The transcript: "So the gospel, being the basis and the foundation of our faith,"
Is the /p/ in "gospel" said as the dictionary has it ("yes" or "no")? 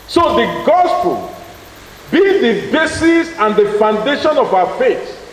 yes